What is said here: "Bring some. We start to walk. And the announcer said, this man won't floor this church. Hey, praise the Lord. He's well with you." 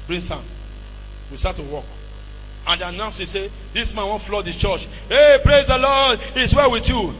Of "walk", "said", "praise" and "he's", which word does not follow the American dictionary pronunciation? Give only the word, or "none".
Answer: he's